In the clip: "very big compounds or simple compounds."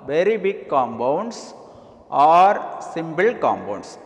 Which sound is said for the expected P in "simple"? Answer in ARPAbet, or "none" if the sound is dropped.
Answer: B